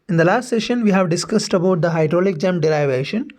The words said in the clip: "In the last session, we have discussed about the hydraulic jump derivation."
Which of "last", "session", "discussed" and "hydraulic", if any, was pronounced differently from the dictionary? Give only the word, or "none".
none